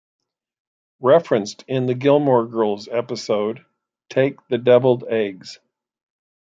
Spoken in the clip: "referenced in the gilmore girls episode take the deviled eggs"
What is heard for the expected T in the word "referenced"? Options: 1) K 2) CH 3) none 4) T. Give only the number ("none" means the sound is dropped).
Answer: 4